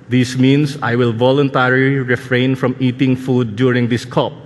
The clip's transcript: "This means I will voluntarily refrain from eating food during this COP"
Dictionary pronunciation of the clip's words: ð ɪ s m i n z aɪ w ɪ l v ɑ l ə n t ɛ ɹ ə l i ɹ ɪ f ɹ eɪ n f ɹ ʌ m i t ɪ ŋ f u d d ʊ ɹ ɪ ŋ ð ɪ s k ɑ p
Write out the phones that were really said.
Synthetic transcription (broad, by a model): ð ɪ s m i n s aɪ w ɪ l v ɑ l ə n t ɛ ɹ ə l i ɹ ɪ f ɹ eɪ n f ɹ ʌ m i t ɪ ŋ f u d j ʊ ɹ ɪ ŋ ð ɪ s k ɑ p